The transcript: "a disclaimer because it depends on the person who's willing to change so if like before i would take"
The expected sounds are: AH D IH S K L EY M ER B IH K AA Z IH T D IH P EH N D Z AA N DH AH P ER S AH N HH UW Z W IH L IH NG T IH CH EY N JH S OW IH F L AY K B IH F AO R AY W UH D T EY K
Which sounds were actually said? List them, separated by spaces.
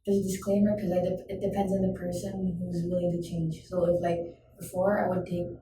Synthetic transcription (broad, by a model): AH D IH S K L EY M ER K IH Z AA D IH T D IH P EH N D Z N DH AH P ER S AH N HH UW Z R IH L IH T IH CH EY N JH S OW IH F L AY K B IH F AO R AY W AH D T EY K